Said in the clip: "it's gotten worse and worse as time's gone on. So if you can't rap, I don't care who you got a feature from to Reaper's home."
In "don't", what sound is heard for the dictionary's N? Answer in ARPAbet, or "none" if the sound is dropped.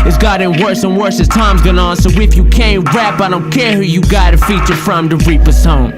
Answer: N